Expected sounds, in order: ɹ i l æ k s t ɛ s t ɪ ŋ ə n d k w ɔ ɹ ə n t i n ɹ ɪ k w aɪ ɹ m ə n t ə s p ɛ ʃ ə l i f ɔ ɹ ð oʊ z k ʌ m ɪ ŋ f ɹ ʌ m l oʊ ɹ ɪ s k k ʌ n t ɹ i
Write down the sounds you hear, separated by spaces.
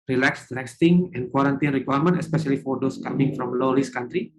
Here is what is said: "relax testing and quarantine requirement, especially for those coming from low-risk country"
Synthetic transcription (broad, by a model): ɹ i l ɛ k s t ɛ s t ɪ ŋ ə n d k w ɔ ɹ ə n t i n ɹ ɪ k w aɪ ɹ m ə n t ə s p ɛ ʃ ə l i f ɔ ɹ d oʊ s k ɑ m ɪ ŋ f ɹ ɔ m l oʊ l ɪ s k k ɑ n t ɹ i